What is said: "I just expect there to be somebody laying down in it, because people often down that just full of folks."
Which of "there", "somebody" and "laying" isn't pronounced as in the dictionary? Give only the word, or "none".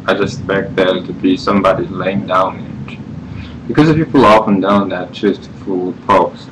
there